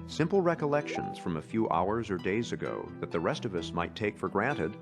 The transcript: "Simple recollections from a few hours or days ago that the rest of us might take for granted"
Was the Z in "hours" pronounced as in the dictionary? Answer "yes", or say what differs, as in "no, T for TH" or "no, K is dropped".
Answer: yes